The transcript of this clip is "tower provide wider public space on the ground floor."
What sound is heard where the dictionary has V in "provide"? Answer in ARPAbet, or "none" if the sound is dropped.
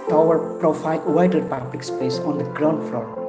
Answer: F